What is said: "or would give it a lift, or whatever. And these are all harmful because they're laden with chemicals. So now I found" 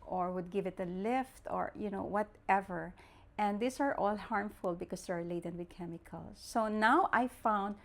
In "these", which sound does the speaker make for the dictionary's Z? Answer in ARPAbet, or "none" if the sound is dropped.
S